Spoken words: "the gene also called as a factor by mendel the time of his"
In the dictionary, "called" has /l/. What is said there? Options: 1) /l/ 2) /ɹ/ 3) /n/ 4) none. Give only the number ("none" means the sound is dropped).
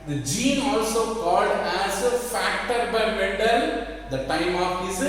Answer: 1